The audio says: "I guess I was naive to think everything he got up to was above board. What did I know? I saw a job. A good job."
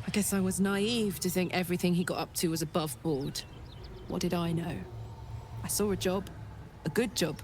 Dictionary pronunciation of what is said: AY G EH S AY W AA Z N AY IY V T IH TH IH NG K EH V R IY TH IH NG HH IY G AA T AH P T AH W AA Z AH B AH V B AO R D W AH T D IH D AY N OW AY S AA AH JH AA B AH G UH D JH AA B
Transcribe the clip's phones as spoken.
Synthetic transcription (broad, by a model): AY G EH S AY W AA Z N AY IY V T IH TH IH NG K EH V R IY TH IH NG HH IY G AA T AH P T AH W AA Z AH B AH V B AO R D W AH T D IH D AY N OW AY S AA AH JH AA B AH G UH D JH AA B